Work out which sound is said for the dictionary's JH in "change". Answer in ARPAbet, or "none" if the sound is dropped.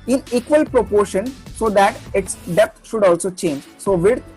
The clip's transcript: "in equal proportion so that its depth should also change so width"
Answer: JH